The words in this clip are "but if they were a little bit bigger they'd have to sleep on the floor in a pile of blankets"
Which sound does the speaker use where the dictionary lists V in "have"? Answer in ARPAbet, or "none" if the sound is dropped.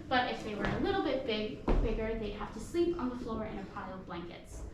F